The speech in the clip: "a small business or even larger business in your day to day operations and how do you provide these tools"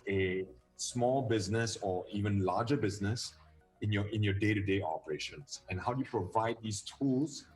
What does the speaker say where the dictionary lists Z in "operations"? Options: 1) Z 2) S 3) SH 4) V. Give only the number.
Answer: 2